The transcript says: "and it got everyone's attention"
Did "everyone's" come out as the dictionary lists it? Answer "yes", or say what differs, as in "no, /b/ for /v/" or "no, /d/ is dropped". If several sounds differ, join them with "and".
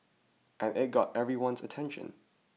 yes